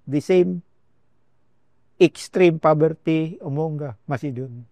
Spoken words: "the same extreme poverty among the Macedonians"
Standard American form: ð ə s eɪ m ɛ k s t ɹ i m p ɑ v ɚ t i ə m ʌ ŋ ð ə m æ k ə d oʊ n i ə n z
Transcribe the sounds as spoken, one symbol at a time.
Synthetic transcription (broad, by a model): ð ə s eɪ m ɛ k s t ɹ i m p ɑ b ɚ t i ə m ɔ ŋ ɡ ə m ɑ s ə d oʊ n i